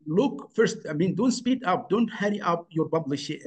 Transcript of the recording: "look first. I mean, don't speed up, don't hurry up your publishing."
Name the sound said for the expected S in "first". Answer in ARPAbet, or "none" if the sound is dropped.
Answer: S